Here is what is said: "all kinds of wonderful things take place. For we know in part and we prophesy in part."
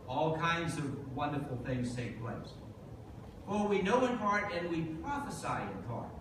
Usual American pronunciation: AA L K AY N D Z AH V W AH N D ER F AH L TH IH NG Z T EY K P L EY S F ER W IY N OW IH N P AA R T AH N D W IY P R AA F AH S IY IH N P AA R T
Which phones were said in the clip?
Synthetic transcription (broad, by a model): AA L K AY N D Z AH V W AH N D ER F L TH IH NG Z T EY K P L EY S F ER W IY N OW IH N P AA R T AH N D W IY P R AA F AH S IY IH N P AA R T